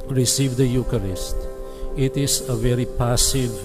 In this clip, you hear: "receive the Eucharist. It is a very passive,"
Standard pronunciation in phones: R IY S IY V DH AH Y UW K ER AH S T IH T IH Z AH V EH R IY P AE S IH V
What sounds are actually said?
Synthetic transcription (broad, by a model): R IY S IY V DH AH Y UW K ER AH S T IH T IH Z AH V EH R IY P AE S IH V